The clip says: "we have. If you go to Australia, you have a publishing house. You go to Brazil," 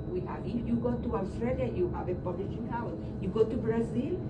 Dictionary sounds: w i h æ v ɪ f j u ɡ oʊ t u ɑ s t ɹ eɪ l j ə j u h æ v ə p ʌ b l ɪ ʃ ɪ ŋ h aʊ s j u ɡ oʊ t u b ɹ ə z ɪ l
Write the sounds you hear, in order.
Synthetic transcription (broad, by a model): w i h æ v j u ɡ oʊ t u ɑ s t ɹ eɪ l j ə j u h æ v ə p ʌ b l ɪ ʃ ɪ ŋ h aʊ j u ɡ oʊ t u b ɹ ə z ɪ l